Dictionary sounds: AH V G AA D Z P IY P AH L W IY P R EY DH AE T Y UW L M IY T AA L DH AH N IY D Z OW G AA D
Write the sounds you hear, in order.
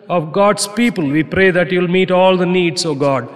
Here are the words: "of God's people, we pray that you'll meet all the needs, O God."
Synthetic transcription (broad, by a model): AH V G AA D S P IY P AH L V IY P R EY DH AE T Y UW L M IY T AA L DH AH N IY D S OW G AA D